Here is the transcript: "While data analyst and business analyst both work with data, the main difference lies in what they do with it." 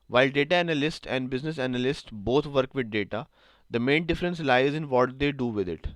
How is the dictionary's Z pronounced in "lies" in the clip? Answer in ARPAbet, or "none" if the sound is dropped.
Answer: Z